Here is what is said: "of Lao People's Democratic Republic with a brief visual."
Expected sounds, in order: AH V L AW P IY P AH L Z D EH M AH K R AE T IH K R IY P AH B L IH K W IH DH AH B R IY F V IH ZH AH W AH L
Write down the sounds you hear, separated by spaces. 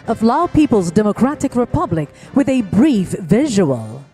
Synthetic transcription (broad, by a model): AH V L AW P IY P AH L Z D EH M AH K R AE T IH K R IY P AH B L IH K W IH DH AH B R IY F V IH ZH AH W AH L